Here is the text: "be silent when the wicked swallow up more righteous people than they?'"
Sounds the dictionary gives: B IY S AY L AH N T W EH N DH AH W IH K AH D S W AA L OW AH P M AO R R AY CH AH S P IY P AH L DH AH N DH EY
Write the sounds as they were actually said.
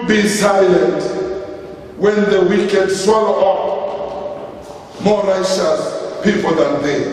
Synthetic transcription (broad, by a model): B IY S AY L AH N T W EH N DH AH W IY K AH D S W AA L OW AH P M AO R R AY SH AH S P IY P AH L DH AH N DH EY